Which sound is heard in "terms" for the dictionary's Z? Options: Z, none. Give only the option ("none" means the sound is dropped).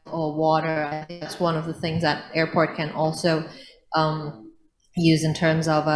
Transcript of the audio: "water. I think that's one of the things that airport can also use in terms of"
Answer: Z